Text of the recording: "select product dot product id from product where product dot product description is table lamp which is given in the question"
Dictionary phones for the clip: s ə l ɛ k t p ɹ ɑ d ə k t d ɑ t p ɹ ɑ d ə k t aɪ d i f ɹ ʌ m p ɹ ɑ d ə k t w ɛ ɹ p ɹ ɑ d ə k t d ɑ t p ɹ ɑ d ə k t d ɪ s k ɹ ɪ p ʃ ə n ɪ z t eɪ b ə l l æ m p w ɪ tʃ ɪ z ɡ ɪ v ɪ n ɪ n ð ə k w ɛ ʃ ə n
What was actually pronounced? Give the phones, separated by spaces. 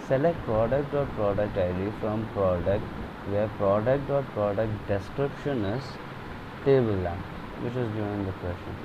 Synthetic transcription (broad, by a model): s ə l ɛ k t p ɹ ɑ d ə k t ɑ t p ɹ ɑ d ə k t aɪ d i f ɹ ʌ m p ɹ ɑ d ə k t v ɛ ɹ p ɹ ɑ d ə k t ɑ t p ɹ ɑ d ə k t d ɪ s k ɹ ɪ p ʃ ə n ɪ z t eɪ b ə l l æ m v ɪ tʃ ɪ z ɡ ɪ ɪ ɪ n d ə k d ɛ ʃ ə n